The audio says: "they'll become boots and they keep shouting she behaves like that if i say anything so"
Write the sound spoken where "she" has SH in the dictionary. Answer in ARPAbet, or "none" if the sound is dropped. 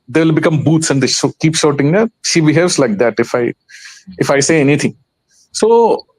SH